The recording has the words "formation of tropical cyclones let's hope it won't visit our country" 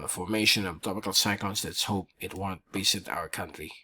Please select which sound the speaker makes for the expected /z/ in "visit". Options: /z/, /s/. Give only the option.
/s/